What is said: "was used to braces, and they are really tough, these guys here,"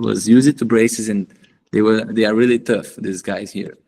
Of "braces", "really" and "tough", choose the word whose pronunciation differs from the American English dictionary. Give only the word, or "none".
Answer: none